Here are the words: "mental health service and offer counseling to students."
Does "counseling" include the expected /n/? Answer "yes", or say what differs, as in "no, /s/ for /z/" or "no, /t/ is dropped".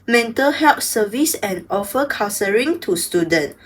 no, /n/ is dropped